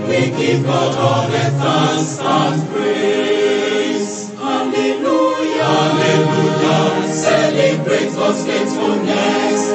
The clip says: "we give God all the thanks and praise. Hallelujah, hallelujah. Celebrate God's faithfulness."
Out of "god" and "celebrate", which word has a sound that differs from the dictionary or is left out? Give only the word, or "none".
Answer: god